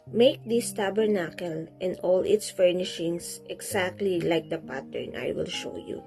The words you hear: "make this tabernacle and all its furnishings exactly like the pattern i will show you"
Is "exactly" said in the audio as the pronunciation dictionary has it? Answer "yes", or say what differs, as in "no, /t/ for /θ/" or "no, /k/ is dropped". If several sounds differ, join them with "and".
no, /s/ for /z/